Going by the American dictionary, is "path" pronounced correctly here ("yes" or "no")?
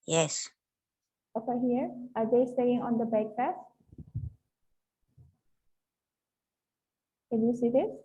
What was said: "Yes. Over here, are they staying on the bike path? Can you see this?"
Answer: no